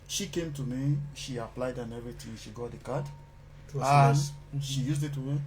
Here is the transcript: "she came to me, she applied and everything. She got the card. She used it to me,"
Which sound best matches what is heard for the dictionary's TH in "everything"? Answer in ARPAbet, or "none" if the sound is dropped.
T